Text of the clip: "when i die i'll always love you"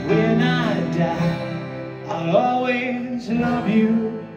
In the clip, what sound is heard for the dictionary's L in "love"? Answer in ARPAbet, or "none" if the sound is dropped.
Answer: N